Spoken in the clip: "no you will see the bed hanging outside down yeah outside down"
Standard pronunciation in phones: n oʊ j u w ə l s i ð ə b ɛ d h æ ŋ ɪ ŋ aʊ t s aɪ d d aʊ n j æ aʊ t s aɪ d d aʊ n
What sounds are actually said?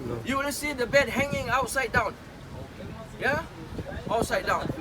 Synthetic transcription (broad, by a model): j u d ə n s i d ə b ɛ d h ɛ ŋ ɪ ŋ aʊ t s aɪ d d aʊ n j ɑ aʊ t s aɪ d d aʊ n